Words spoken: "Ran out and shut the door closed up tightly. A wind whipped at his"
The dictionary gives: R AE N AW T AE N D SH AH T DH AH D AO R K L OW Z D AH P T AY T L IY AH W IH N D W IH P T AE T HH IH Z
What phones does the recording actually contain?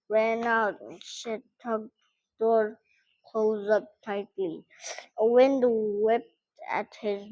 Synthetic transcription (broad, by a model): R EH N AW T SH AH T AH D AO R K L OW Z AH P T AY T L IY AH W IH N D W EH P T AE T HH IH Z